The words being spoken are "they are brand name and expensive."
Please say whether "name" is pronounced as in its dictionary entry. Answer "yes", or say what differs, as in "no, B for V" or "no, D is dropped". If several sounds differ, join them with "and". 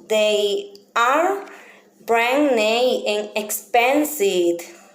no, M is dropped